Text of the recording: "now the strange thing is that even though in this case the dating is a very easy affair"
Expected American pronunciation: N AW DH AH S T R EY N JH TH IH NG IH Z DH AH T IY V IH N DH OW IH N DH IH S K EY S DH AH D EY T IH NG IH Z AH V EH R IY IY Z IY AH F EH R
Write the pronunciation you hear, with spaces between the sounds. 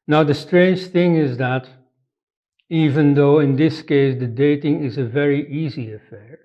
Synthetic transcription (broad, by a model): N AW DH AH S T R EY N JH TH IH NG IH Z DH AH T IY V IH N DH OW IH N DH IH S K EY S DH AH D EY T IH NG IH Z AH V EH R IY IY Z IY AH F EH R